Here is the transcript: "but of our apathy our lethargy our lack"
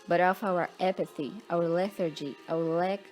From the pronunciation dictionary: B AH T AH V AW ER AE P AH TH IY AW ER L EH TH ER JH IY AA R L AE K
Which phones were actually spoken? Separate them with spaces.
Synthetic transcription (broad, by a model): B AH T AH F AW ER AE P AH TH IY AW ER L EH TH ER JH IY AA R L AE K